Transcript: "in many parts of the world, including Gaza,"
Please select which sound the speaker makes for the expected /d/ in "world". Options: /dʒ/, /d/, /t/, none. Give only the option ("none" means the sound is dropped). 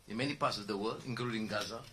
none